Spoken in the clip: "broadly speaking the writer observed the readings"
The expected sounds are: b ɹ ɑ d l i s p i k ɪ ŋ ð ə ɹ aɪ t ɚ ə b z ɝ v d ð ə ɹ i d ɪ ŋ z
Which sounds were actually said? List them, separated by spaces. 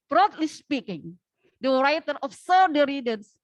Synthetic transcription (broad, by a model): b ɹ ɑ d l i s p i k ɪ ŋ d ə ɹ aɪ t ɚ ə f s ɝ d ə ɹ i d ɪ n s